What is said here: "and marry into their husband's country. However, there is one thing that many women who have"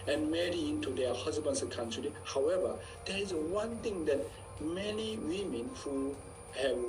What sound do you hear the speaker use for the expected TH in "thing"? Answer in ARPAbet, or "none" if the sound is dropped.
T